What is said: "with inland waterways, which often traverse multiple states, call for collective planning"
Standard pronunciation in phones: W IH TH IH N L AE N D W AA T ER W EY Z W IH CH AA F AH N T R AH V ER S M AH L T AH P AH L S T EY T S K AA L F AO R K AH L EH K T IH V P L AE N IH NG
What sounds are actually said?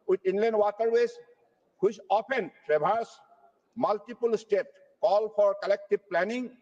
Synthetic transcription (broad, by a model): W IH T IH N L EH N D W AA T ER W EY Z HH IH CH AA P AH N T R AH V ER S M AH L T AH P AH L S T EY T K AA L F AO R K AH L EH K T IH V P L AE N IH NG